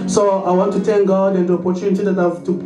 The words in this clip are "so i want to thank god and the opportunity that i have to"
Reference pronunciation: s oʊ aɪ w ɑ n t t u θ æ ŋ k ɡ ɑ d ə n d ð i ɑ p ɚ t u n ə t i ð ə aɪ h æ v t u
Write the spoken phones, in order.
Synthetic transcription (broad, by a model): s oʊ aɪ w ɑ n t t u t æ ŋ ɡ ɑ d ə n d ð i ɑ p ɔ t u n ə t i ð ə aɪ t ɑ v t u